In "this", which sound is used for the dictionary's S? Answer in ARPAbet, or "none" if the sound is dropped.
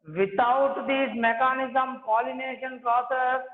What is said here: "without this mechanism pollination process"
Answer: none